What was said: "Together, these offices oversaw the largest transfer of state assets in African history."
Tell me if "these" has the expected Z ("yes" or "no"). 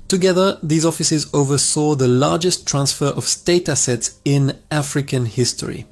yes